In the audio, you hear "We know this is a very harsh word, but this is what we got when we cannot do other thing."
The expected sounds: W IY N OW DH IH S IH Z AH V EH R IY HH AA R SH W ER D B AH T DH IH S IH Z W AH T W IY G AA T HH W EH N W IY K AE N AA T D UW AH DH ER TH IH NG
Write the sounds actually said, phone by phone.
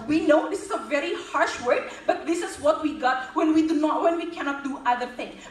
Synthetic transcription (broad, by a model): W IY N OW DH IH S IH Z AH V EH R IY HH AA R SH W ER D B AH T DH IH S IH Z W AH T W IY G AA T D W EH N W IY K AE N AA T D UW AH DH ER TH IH NG